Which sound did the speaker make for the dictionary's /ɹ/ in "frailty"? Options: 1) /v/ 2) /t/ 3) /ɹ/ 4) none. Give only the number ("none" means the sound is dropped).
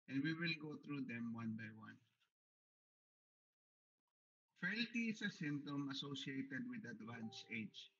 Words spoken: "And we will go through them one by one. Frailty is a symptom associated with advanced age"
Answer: 4